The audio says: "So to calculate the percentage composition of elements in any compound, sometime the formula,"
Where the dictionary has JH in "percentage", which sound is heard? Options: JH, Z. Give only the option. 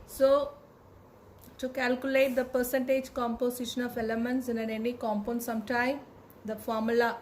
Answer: JH